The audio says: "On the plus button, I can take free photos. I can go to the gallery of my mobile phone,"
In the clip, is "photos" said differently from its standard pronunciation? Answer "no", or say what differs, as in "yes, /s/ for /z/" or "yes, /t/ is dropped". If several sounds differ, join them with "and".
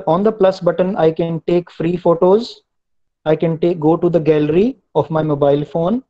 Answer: no